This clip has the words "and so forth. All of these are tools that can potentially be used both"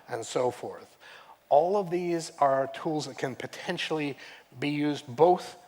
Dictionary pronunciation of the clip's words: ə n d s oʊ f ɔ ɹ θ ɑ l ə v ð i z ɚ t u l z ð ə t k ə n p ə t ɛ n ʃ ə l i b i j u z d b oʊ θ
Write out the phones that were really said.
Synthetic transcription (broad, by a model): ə n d s oʊ f ɔ ɹ θ ɑ l ə v ð i z ɚ t u l z ð ə t k ə n p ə t ɛ n ʃ l i b i j u z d b oʊ θ